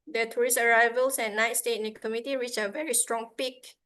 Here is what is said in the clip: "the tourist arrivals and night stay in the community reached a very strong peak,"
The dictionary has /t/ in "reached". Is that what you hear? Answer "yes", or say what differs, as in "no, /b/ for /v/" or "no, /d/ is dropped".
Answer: no, /t/ is dropped